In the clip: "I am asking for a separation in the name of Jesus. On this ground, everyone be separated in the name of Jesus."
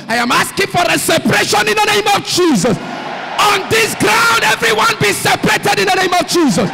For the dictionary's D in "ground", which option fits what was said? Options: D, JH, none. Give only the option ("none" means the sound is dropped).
D